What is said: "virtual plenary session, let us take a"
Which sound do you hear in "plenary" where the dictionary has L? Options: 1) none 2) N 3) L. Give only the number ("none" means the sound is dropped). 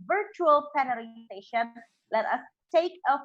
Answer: 1